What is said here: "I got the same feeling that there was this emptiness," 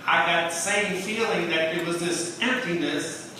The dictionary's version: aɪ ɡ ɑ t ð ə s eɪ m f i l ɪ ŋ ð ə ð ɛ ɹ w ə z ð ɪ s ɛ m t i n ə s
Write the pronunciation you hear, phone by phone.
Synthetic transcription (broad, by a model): aɪ ɡ ɑ t ð ə s eɪ m f i l ɪ ŋ ð ə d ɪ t w ə z ð ɪ s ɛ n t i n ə s